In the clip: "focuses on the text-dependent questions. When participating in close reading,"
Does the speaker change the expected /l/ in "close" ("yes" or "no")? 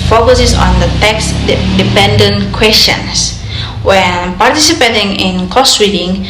yes